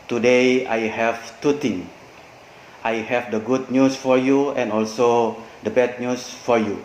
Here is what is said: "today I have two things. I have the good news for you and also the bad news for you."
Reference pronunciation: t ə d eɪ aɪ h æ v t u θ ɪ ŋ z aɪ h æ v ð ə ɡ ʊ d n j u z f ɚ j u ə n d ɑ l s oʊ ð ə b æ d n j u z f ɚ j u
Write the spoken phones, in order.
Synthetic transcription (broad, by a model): t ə d eɪ aɪ h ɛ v t u t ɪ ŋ aɪ h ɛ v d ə ɡ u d n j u s f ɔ j u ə n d ɑ l s oʊ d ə b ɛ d n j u s f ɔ j u